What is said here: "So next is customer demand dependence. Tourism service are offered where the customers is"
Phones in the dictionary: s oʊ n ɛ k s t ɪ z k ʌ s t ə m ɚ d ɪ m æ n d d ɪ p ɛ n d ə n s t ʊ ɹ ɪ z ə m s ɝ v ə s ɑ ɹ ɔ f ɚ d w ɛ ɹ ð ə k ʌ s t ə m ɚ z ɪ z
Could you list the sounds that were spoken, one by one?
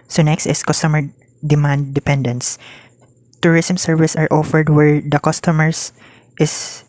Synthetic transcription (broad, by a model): s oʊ n ɛ k s t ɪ s k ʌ s t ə m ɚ d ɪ m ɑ n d d ɪ p ɛ n d ə n s t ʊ ɹ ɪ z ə m s ɝ v ə s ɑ ɹ ɔ f ɚ d w ɛ ɹ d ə k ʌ s t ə m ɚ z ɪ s